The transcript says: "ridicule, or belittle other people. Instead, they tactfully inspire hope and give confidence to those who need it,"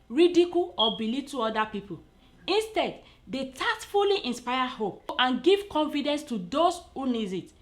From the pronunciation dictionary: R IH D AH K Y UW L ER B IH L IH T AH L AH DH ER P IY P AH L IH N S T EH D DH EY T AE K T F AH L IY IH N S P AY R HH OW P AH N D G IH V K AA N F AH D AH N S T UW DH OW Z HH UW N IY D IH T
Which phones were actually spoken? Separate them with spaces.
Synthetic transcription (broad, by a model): R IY D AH K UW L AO B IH L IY T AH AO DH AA P IY P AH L IH N S T EH D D EY T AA T F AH L IY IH N S P AY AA HH OW P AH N G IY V K AA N F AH D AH N S T UW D OW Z HH UW N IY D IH T